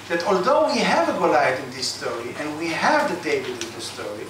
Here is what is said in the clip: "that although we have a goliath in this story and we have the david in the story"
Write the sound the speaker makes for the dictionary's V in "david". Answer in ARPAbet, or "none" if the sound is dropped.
B